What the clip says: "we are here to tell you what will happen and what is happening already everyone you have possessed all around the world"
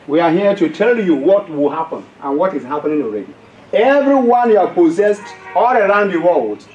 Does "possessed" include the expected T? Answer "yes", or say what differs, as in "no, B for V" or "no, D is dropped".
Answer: yes